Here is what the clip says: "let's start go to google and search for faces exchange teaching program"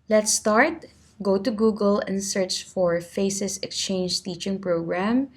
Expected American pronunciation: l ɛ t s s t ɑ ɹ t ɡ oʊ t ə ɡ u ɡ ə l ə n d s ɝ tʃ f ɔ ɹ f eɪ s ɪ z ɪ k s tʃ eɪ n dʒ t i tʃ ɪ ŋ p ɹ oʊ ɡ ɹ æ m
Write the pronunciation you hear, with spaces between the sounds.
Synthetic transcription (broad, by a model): l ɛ t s s t ɑ ɹ t ɡ oʊ t ə ɡ u ɡ ə l ə n d s ɝ tʃ f ɔ ɹ f eɪ s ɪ s ɪ k s tʃ eɪ n dʒ t i tʃ ɪ ŋ p ɹ oʊ ɡ ɹ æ m